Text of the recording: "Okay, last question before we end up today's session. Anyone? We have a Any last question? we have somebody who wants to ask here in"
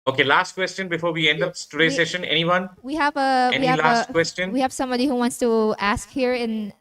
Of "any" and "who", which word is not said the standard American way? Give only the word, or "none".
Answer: any